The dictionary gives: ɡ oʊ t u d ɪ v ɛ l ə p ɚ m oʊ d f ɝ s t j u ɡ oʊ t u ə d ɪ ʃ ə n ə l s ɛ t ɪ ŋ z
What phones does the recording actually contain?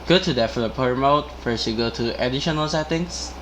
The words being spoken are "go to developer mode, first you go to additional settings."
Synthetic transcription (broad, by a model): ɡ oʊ t u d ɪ f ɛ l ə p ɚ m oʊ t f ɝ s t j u ɡ oʊ t u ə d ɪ ʃ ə n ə l s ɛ t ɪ ŋ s